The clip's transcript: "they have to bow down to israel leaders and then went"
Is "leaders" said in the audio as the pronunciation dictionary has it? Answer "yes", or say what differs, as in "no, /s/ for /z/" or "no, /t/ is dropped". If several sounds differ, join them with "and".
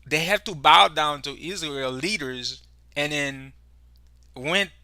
yes